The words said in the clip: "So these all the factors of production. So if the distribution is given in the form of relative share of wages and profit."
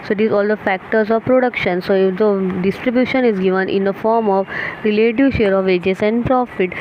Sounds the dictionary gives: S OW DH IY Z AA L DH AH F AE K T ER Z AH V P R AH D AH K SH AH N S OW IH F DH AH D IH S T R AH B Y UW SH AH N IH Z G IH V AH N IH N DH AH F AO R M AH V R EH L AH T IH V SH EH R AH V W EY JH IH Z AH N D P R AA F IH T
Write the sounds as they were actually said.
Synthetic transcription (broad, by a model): S OW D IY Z AA L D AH F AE K T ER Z AH V P R AH D AH K SH AH N S OW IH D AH D IH S T R AH B Y UW SH AH N IH Z G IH V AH N IH N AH F AO R M AH V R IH L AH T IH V SH EH R AH V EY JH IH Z AH N D P R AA F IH T